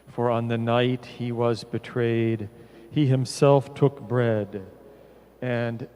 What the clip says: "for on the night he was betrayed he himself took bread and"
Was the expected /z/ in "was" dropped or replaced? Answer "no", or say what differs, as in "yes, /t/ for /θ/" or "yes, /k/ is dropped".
no